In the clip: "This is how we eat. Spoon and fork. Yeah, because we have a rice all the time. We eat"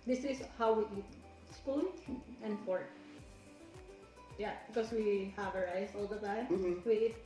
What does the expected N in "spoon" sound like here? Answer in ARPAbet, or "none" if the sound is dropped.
L